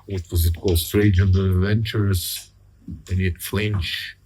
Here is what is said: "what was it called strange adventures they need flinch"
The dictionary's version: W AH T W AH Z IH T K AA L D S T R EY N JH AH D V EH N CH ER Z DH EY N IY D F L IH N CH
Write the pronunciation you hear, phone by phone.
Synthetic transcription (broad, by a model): W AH T W AH Z IH T K AA L D S T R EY JH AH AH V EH N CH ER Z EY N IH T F L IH N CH